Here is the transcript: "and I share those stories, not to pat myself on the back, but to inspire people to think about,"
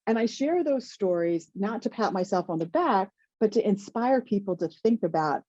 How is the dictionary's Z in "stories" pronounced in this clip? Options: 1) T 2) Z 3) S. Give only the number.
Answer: 2